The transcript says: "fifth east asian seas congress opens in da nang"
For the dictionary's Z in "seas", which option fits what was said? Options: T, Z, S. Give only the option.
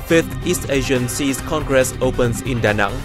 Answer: S